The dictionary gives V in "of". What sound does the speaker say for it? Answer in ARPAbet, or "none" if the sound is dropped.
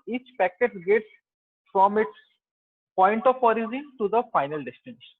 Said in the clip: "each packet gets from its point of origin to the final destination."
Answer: P